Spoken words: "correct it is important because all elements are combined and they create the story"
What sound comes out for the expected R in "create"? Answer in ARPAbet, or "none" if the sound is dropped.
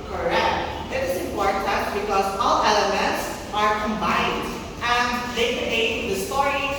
none